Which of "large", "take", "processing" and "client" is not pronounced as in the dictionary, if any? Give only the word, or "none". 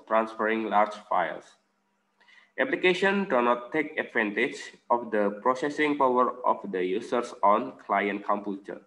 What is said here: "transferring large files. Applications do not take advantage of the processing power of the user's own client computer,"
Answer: none